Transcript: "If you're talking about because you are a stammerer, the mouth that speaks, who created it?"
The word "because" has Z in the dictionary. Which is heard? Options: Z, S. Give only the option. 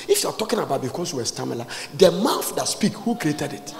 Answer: S